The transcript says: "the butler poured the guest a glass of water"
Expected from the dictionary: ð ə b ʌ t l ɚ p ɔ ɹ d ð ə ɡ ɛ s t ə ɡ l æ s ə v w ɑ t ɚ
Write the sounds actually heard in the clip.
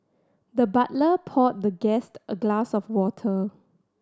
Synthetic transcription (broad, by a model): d ə b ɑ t l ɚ p ɔ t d ə ɡ ɛ s t ə ɡ l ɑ s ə f w ɑ t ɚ